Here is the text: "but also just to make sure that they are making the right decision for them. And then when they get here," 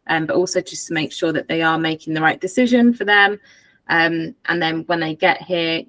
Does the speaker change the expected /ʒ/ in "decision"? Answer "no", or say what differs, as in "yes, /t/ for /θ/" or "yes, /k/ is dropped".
no